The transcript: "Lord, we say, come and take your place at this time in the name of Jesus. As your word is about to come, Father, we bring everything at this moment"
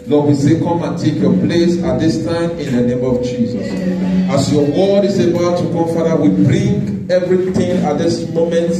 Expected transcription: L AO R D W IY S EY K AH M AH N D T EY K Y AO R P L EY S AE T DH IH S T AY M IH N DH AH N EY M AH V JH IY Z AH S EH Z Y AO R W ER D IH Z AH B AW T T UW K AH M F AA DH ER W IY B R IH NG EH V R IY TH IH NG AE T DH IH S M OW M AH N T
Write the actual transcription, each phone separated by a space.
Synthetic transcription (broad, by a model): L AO W IY S EY K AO M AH N T EY K Y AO P L EY S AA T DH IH S T AY M IH N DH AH N EY M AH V JH IY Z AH S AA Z Y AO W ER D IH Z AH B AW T T UW K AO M F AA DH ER W IY B R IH NG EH V R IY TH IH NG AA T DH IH S M OW M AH N T